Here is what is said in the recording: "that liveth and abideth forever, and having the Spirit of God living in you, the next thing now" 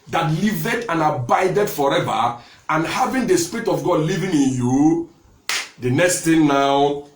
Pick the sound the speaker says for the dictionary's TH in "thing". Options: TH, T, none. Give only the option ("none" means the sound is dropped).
T